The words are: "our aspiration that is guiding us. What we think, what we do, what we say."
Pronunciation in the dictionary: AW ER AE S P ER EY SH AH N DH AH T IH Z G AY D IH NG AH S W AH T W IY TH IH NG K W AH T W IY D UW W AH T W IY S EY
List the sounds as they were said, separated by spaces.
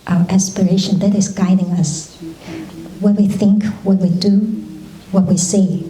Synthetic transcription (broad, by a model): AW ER AE S P ER EY SH AH N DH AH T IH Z G AY D IH NG AH S W AH T W IY TH IH NG K W AH T W IY D UW W AH T W IY S EY